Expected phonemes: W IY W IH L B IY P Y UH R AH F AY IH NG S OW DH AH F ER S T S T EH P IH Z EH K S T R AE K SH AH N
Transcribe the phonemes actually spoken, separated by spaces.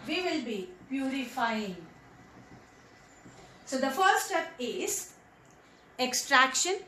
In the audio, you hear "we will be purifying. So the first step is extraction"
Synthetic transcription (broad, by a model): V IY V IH L B IY P Y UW R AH F AY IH NG S OW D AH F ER T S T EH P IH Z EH K S T R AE K SH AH N